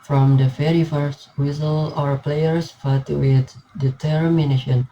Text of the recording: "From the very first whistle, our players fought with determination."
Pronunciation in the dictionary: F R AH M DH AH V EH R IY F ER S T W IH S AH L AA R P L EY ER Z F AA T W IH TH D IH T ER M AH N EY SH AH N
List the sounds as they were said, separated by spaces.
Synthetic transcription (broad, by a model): F R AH M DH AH F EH R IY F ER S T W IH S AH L AA R P L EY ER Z F AA T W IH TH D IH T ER M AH N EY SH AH N